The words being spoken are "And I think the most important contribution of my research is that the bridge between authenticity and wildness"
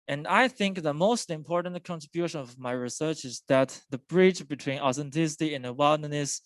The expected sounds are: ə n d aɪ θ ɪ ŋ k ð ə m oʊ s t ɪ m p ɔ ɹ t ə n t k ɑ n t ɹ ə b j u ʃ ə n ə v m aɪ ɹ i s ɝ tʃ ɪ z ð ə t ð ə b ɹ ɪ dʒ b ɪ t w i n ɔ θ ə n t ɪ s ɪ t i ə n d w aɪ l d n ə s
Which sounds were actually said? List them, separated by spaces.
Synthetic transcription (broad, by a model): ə n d aɪ θ ɪ ŋ k ð ə m oʊ s t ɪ m p ɔ ɹ t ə n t k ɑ n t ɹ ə b j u ʃ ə n ə v m aɪ ɹ i s ɝ tʃ ɪ z ð ə t ð ə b ɹ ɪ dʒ b ɪ t w i n ɔ θ ə n t ɪ s ɪ t i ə n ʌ w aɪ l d n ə s